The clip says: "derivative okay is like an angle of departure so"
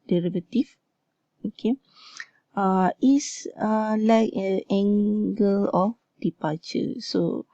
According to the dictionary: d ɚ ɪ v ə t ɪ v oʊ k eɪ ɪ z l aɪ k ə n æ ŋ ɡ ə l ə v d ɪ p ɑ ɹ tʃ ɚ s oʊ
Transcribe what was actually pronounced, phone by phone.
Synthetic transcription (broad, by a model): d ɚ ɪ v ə t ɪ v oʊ k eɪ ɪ s l aɪ k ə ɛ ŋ ɡ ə l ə f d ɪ p ɑ tʃ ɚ s oʊ